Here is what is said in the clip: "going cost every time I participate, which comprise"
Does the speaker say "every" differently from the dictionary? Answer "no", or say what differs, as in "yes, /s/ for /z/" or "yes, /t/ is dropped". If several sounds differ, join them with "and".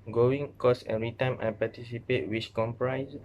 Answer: yes, /v/ is dropped